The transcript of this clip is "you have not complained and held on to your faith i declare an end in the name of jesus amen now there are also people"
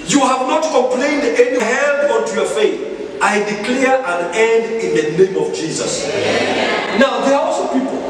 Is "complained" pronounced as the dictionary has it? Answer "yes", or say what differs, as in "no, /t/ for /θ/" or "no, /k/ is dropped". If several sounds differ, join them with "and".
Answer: yes